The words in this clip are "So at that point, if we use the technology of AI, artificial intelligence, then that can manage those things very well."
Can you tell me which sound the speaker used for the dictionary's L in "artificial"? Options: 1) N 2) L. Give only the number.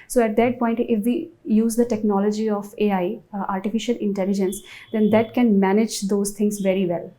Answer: 2